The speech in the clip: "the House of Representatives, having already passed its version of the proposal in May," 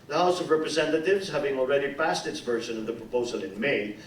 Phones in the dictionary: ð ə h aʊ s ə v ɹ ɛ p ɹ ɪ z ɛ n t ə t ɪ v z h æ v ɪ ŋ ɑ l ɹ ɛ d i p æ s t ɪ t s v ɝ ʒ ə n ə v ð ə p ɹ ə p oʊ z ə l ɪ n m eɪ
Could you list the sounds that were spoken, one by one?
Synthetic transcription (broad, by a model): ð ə h aʊ s ə v ɹ ɛ p ɹ ɪ z ɛ n t ə t ɪ v z h æ v ɪ ŋ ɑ l ɹ ɛ d i p æ s t ɪ t s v ɝ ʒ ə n ə v ð ə p ɹ ə p oʊ z ə l ɪ n m eɪ